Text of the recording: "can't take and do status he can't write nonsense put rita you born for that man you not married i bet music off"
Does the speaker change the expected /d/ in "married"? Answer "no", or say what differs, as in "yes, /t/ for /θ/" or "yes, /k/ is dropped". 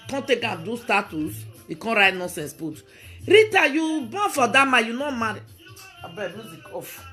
yes, /d/ is dropped